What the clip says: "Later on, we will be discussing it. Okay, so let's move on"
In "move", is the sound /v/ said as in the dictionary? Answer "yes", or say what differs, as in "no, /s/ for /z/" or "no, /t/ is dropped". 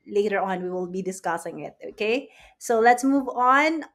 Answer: yes